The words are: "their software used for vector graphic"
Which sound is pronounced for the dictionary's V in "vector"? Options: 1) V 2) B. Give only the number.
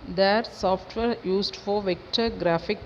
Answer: 1